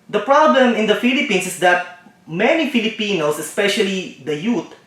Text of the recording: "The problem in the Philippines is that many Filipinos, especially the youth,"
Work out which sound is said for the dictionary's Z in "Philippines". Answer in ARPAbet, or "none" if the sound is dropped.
S